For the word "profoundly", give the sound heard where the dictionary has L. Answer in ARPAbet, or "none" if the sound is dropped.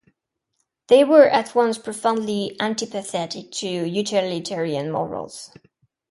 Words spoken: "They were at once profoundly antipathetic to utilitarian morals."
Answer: L